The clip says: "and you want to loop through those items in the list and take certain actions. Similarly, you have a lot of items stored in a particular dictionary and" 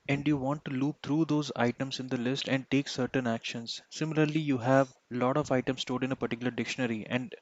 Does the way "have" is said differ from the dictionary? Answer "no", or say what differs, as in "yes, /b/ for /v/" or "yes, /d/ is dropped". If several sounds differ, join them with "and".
no